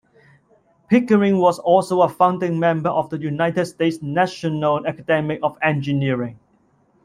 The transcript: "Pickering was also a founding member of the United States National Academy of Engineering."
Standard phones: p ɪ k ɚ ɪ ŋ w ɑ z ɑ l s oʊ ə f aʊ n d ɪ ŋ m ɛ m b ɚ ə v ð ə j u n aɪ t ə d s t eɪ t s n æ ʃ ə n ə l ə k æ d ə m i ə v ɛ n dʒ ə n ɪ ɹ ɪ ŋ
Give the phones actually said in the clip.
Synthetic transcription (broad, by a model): p ɪ k ɚ ɪ ŋ w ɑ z ɑ l s oʊ ə f aʊ n d ɪ ŋ m ɛ m b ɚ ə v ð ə j u n aɪ t ə d s t eɪ t s n æ ʃ ə n ə l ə k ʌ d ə m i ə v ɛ n dʒ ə n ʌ ɹ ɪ ŋ